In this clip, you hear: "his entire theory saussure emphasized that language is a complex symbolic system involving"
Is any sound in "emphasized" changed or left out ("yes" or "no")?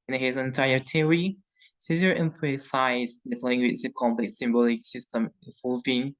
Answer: yes